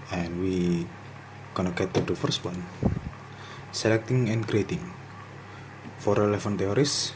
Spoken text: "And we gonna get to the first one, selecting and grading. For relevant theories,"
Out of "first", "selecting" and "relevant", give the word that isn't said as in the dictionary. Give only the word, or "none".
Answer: relevant